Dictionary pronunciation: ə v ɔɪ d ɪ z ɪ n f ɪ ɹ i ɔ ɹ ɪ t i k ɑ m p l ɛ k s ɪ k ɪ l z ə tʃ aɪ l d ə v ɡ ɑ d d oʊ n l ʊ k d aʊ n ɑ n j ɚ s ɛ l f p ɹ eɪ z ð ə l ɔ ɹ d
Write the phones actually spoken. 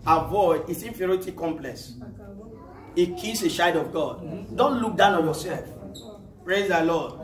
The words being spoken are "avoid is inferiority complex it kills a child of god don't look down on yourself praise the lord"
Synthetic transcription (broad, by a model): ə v ɔɪ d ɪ s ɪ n f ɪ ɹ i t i k ɑ m p l ɛ k s ɪ k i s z ə ʃ aɪ d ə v ɡ ɑ d d oʊ n l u k d aʊ n ɑ n j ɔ s ɛ l f p ɹ eɪ z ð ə l ɔ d